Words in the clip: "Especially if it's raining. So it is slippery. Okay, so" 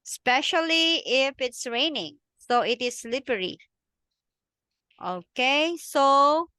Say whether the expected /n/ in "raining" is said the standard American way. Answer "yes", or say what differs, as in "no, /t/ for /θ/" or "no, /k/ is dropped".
yes